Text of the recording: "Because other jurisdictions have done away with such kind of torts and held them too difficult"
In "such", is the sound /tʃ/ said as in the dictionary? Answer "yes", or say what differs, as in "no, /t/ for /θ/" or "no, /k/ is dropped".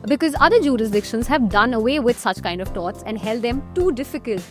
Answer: yes